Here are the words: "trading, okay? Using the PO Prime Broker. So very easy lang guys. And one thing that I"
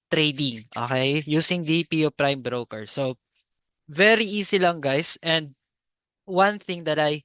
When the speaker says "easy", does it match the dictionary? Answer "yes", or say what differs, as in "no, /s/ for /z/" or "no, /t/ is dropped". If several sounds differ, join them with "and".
no, /s/ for /z/